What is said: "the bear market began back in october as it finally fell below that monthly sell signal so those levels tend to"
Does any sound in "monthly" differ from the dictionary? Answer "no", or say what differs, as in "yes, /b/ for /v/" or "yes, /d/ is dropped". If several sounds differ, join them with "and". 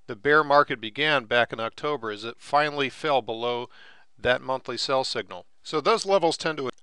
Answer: no